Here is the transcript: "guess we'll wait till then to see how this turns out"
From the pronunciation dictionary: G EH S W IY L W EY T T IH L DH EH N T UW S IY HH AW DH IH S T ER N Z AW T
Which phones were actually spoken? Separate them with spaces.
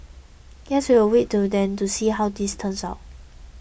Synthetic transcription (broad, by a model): G EH S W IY W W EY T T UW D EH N T UW S IY HH AW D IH S T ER N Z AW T